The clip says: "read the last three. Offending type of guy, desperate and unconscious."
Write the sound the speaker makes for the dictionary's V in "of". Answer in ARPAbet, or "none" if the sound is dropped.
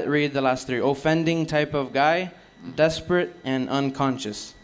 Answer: V